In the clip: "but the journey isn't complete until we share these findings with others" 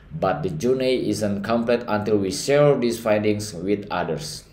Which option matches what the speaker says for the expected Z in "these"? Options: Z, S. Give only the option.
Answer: S